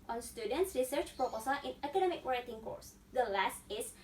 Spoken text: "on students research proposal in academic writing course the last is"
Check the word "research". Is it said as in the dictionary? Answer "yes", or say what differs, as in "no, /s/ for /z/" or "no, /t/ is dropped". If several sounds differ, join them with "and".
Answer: yes